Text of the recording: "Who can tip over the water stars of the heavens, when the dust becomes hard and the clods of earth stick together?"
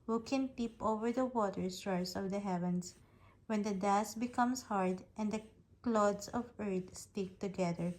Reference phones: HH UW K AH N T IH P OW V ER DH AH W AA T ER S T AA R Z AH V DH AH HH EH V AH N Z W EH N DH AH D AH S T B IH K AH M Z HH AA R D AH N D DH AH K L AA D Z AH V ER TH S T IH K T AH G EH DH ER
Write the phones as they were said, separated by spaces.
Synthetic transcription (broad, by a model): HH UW K AH N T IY P OW V ER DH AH W AA T ER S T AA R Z AH V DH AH HH EH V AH N S W EH N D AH D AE S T B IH K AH M S HH AA R D AH N D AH K L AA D S AH V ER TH S T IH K T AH G EH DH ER